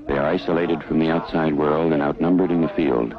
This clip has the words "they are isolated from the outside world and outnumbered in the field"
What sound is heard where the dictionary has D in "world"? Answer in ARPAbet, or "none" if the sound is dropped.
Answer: D